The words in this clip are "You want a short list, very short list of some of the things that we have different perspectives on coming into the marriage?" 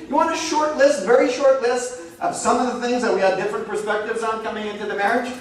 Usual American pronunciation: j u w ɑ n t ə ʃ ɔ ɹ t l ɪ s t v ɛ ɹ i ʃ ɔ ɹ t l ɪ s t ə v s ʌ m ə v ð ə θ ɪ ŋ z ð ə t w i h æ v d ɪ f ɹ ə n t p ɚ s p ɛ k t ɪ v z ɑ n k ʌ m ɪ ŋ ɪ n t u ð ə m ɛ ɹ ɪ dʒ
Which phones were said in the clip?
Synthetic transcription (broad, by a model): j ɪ w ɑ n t ə ʃ ɔ ɹ t l ɪ s t v ɛ ɹ i ʃ ɔ ɹ t l ɪ s t ə v s ʌ m ə v ð ə θ ɪ ŋ z ð ə t w i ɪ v d ɪ f ɹ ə n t p ɚ s p ɛ k t ɪ v z n k ʌ m ɪ ŋ ɪ n t u ð ə m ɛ ɹ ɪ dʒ